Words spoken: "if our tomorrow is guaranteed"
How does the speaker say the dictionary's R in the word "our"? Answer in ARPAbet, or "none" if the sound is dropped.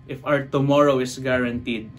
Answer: W